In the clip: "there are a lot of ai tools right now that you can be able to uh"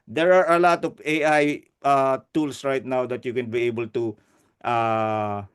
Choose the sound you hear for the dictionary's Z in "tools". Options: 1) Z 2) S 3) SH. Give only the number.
2